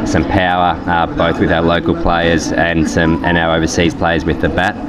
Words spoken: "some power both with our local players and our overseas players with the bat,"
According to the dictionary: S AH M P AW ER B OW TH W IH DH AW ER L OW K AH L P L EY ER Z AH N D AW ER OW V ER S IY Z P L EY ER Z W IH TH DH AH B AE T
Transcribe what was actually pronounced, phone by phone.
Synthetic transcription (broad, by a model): S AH M P AW ER B OW TH W IH DH AW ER L OW K AH L P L EY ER Z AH N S AW ER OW V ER S IY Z P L EY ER Z W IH DH AH B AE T